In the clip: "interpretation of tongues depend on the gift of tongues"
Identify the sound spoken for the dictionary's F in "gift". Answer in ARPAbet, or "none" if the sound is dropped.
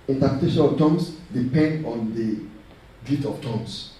none